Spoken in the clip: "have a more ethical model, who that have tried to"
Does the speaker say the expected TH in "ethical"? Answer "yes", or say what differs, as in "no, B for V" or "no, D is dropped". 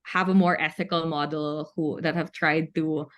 yes